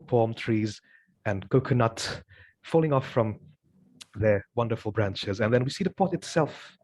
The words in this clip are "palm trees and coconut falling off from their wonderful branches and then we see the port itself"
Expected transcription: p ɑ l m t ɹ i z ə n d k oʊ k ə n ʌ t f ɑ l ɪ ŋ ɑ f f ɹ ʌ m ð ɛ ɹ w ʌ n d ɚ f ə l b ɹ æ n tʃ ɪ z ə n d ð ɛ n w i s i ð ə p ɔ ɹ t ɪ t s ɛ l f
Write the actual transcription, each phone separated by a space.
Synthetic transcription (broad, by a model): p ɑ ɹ m t ɹ i z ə n k oʊ k ə n ʌ t f ɑ l ɪ ŋ ɑ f f ɹ ʌ m ð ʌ ɹ w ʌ n d ɚ f l b ɹ æ n tʃ ɪ z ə n ð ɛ n w i s i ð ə p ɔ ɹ t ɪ t s ɛ l f